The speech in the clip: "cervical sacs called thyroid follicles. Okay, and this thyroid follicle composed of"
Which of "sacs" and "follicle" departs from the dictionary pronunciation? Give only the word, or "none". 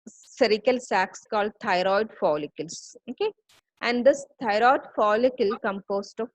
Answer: none